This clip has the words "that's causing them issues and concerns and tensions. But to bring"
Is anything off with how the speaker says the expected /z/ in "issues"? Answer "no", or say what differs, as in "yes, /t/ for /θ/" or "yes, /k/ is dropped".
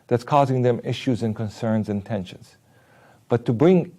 no